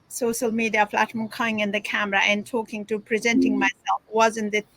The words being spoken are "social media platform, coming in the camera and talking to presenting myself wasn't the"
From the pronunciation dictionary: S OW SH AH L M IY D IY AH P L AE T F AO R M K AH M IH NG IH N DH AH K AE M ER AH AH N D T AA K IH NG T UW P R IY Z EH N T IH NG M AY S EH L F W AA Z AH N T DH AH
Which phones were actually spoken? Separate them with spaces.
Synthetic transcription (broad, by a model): S OW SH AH L M IY D IY AH F L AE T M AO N K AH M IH NG IH N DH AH K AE M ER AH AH N T AA K IH NG T UW P R IY Z EH N T IH NG M AY S EH L F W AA Z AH N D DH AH